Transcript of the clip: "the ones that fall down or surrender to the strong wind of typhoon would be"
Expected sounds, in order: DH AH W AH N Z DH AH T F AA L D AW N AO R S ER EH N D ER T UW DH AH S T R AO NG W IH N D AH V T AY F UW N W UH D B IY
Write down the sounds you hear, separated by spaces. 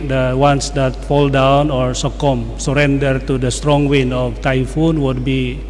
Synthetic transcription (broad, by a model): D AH W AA N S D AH T F AA L D AW N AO R S ER EH N D ER T UW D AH S T R AO NG W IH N AH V T AY F UW N W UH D B IY